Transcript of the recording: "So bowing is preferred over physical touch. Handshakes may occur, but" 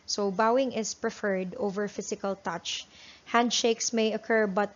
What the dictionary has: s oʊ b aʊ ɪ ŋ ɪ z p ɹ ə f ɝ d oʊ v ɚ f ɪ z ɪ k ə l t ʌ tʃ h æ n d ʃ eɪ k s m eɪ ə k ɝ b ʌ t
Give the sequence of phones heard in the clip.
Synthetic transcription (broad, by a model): s oʊ b aʊ ɪ ŋ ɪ s p ɹ ə f ɝ d oʊ v ɚ f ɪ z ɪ k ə l t ʌ tʃ h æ n d ʃ eɪ k s m eɪ ə k ɝ b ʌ t